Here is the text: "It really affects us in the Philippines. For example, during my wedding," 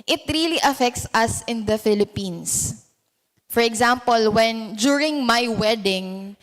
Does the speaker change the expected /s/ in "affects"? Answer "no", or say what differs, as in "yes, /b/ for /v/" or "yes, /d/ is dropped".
no